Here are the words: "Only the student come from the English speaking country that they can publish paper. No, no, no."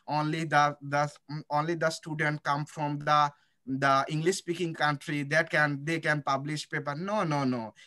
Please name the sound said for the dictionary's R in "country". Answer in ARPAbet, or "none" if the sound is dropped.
R